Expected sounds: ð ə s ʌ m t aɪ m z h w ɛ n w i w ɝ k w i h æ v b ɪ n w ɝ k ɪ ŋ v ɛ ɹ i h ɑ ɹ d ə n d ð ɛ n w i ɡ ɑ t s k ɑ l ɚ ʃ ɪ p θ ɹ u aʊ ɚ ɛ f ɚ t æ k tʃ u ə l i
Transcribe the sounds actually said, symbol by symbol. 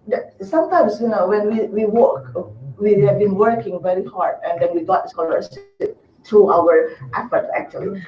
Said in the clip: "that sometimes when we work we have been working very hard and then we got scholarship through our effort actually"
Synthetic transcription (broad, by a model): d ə s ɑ m t aɪ m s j w ɛ n w i w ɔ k w i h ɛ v b ɪ n w ɝ k ɪ ŋ v ɛ ɹ i h ɑ ɹ d ə n d ɛ n w i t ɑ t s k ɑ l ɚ s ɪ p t ɹ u aʊ ɚ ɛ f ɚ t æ k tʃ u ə l i